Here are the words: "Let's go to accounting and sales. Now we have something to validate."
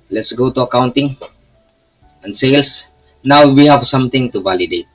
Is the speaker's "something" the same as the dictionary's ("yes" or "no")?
no